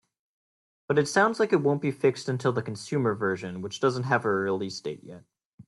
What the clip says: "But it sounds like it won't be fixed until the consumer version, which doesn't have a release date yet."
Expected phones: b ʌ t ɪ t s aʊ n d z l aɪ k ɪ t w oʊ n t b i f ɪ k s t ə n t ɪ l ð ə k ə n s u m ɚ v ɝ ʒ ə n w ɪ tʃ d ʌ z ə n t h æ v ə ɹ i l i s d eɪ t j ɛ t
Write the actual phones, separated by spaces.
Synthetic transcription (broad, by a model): b ʌ t ɪ t s aʊ n d z l aɪ k ɪ t w oʊ n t b i f ɪ k s t ə n t ɪ l ð ə k n s u m ɚ v ɝ ʒ ə n w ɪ tʃ d ʌ z ə n t h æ v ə ɹ i l i s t eɪ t j ɛ t